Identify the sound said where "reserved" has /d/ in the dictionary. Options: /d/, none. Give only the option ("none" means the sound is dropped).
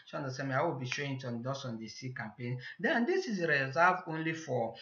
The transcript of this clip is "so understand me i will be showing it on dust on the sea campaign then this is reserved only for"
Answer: none